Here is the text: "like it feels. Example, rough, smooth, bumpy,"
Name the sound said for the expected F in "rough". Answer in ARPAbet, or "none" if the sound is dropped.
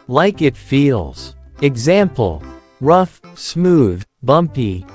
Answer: F